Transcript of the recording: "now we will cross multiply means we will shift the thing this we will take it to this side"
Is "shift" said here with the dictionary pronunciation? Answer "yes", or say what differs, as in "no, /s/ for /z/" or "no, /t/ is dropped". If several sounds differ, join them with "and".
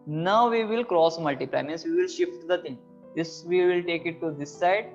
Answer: yes